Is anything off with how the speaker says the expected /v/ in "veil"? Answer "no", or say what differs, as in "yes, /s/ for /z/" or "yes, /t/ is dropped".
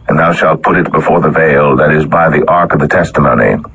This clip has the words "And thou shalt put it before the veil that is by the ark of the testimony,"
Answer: no